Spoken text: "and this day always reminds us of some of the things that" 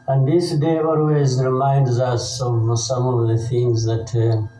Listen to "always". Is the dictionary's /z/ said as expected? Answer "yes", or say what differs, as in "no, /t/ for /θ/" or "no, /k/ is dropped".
yes